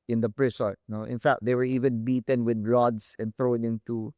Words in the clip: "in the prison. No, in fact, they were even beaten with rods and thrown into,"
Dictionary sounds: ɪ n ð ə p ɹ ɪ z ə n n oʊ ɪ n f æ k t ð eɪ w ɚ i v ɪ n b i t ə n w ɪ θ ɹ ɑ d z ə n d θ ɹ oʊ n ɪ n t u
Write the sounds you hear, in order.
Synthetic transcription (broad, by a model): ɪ n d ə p ɹ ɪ s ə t n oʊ ɪ n f æ k t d eɪ w ɚ i v ɪ n b i t ə n w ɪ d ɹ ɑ d s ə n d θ ɹ oʊ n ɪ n t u